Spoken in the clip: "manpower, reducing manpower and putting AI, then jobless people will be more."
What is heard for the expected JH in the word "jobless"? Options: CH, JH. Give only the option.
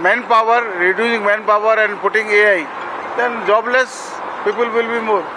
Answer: JH